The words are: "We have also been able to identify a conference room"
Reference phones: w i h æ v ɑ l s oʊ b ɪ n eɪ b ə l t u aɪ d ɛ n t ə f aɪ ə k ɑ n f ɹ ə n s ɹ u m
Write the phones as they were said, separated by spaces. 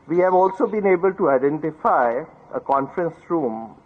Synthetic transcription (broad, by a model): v i h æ v ɑ l s oʊ b ɪ n eɪ b ə l t u aɪ d ɛ n t ə f aɪ ə k ɑ n f ɹ ə n s ɹ u m